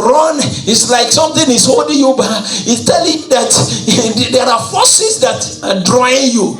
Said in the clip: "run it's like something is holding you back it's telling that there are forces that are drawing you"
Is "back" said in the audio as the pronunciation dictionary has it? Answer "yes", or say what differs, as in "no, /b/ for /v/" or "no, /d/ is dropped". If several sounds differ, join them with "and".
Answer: no, /k/ is dropped